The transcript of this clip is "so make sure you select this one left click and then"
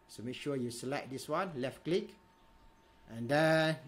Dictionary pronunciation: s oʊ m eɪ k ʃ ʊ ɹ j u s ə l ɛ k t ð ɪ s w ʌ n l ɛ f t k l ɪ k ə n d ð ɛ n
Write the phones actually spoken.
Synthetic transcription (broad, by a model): s oʊ m eɪ k ʃ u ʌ j u s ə l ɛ t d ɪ s w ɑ n l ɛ f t k l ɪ k ə n d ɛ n